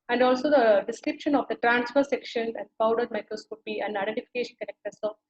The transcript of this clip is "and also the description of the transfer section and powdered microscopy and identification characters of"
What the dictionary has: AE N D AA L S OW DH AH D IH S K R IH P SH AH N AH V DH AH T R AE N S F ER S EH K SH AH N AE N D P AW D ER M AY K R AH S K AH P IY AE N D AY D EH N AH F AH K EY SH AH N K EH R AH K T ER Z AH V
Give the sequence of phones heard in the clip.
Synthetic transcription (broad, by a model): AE N D AA L S OW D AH D IH S K R IH P SH AH N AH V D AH T R AE N S F ER S EH K SH AH N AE N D P AW D ER M AY K R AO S K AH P IY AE N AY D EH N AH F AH K EY SH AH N K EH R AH K T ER S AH